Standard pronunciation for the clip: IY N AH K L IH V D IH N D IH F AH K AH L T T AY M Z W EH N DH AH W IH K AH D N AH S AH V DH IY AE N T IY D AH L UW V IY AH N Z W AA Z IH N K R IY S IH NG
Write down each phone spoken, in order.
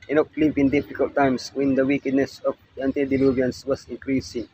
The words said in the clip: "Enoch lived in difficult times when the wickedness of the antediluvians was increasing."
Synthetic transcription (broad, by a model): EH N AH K L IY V IH N D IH F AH K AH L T T AY M S W EH N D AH W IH K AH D N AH S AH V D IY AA N T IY D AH L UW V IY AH N S W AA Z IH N K R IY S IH NG